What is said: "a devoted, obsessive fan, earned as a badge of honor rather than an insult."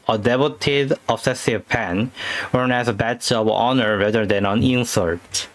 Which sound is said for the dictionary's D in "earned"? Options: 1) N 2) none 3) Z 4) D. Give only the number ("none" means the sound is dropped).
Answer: 2